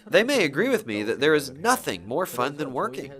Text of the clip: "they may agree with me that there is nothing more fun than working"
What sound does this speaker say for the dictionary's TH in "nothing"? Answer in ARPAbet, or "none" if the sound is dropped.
TH